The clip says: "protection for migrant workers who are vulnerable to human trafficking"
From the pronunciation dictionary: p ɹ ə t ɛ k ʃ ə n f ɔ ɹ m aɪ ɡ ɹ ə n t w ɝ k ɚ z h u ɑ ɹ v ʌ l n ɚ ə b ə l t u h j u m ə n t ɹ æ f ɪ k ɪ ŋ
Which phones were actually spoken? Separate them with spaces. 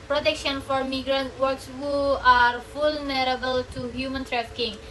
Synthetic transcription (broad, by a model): p ɹ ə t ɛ k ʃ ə n f ɔ ɹ m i ɡ ɹ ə n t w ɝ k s h u ɑ ɹ f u l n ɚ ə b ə l t u h j u m ə n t ɹ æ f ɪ k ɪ ŋ